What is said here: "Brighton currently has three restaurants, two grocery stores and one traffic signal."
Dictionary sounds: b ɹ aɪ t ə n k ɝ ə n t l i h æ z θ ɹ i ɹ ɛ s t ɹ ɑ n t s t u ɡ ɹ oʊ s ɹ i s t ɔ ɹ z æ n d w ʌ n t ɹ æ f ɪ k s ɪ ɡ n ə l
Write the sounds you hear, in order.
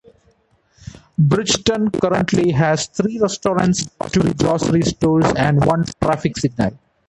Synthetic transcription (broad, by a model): b ɹ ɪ t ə n k ɝ ə n t l i h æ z t ɹ i ɹ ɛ s t ɹ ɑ n t s t u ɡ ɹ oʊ s ɹ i s t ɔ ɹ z æ n d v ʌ n t ɹ æ f ɪ k s ɪ ɡ n ə l